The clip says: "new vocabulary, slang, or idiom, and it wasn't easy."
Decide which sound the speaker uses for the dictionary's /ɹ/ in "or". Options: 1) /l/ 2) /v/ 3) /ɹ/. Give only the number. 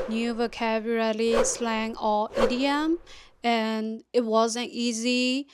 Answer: 1